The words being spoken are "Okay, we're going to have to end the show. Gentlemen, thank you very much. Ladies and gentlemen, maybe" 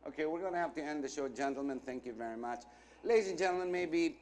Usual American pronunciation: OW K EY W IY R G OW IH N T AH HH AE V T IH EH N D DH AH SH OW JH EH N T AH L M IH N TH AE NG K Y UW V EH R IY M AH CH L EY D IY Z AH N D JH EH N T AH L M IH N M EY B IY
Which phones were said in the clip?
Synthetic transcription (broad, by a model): OW K EY W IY R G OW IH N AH HH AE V T IH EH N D DH AH SH OW JH EH N T L M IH N TH AE NG K Y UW V EH R IY M AH CH L EY D IY Z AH N JH EH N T L M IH N M EY B IY